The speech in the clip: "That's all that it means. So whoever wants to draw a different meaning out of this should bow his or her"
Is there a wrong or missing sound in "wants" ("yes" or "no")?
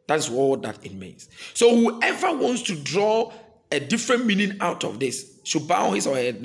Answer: no